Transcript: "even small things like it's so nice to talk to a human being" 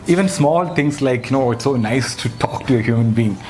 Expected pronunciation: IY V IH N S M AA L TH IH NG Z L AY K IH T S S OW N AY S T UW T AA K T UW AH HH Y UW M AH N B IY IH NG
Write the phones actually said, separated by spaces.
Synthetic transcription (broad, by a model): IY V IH N S M AA L T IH NG S L AY K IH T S S OW N AY S T UW T AA K T UW AH HH Y UW M AH N B IY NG